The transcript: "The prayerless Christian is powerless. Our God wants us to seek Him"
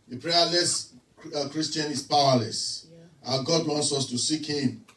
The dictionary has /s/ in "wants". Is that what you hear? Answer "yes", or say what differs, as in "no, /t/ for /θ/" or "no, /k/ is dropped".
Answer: yes